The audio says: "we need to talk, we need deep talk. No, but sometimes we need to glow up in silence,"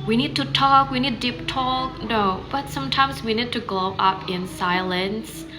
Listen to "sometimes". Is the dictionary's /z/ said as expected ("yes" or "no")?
yes